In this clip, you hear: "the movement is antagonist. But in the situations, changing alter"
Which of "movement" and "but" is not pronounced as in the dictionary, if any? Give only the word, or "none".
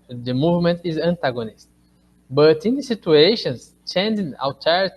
none